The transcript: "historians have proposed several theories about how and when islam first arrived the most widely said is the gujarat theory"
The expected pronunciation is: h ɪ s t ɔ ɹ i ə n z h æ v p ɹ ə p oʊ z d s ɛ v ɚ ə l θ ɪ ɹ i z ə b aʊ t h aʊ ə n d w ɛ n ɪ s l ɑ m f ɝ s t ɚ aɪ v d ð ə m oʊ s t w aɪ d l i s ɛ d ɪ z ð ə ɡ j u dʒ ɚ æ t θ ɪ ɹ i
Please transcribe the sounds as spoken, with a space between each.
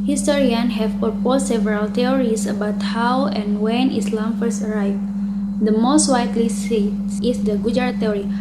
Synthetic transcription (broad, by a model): h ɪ s t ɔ ɹ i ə n h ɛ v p ə p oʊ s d s ɛ v ɚ ə l t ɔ ɹ i s ə b aʊ t h aʊ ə n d w ɛ n ɪ s l ɑ m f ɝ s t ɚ aɪ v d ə m oʊ s t w aɪ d l i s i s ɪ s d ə ɡ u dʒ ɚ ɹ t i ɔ ɹ i